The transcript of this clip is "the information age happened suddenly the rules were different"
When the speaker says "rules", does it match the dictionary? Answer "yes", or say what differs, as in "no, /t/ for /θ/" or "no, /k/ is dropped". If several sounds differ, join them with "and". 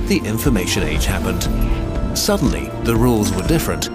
yes